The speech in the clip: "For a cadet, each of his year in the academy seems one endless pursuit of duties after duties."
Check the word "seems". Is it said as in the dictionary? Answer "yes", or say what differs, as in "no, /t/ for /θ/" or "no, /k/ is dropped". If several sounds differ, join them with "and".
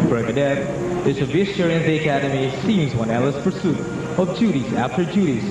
yes